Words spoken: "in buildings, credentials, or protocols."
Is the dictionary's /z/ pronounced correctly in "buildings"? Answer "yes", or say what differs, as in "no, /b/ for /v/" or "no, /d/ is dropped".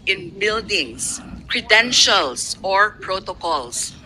no, /s/ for /z/